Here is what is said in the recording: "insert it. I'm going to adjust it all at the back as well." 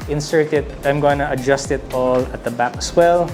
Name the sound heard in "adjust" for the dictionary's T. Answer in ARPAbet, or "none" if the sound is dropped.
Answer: T